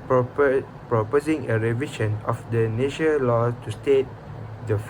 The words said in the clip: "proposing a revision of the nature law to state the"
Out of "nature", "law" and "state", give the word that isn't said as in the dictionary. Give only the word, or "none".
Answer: nature